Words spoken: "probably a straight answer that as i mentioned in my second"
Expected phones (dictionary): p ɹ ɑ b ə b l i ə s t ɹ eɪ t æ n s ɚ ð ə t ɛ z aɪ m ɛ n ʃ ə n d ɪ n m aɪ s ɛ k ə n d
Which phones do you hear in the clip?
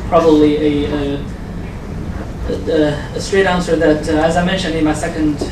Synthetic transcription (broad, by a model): p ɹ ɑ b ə b l i ə s t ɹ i t æ n s ɚ ð ə t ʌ z aɪ m ɛ n ʃ ə n d ɪ n m aɪ s ɛ k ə n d